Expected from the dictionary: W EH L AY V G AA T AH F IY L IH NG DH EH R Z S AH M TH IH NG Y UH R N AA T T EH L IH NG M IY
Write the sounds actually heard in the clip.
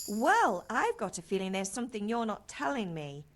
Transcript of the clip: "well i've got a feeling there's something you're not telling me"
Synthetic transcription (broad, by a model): W EH L AY V G AA T AH F IY L IH NG DH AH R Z S AH M TH IH NG Y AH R N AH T T EH L IH NG M IY